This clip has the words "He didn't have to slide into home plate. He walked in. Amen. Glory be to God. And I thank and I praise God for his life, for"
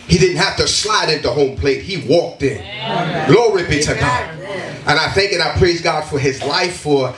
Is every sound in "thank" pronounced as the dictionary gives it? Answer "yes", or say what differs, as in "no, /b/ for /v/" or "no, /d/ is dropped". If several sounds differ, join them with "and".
yes